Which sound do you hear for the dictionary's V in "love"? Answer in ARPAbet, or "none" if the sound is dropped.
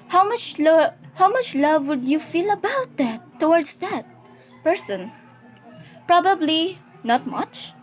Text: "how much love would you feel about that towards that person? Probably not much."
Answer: V